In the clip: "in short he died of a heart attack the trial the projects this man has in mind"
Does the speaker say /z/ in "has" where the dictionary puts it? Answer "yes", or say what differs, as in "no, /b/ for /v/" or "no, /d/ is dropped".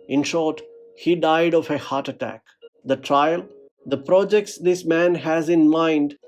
yes